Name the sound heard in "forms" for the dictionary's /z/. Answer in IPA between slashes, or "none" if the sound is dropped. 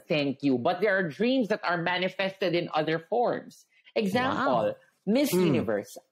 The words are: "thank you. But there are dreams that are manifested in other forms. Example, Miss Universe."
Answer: /s/